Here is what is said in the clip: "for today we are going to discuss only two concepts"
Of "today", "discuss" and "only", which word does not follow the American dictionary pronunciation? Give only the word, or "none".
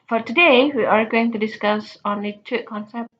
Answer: only